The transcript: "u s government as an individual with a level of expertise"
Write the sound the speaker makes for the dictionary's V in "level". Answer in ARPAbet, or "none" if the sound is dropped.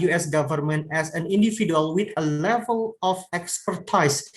V